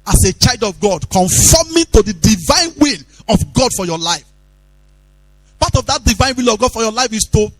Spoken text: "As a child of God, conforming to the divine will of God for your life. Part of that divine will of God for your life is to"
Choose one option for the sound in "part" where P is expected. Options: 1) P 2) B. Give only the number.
2